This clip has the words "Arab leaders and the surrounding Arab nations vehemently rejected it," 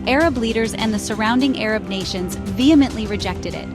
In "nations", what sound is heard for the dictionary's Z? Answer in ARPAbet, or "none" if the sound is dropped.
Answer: Z